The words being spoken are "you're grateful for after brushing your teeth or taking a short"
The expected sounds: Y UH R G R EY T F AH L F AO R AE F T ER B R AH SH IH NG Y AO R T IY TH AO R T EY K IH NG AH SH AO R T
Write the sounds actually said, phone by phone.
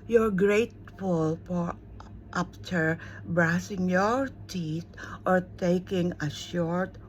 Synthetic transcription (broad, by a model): Y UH R G R EY T F AH L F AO R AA P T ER B R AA S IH NG Y AO R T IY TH AO R T EY K IH NG AH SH AO R T